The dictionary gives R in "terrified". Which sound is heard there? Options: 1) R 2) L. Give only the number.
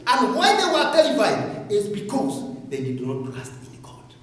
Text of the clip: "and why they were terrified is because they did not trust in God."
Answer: 2